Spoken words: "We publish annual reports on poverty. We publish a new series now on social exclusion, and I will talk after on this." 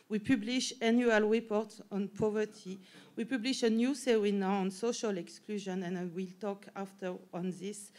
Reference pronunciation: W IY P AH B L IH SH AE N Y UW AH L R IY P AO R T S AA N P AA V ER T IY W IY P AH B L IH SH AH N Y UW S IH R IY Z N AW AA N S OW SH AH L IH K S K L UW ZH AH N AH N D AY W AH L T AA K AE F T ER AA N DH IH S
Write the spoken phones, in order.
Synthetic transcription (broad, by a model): W IY P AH B L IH SH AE N Y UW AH L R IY P AO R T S AA N P AA V ER T IY W IY P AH B L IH SH AH N Y UW S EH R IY N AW AA N S OW SH AH L IH K S K L UW ZH AH N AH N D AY W AH L T AA K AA F T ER AA N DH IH S